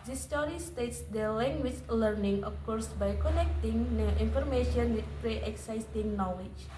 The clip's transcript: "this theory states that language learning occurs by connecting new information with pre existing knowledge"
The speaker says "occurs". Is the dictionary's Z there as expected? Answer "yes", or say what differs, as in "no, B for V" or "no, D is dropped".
no, S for Z